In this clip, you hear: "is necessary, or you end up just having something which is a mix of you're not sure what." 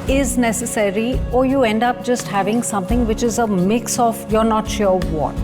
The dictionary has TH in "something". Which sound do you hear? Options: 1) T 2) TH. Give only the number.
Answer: 1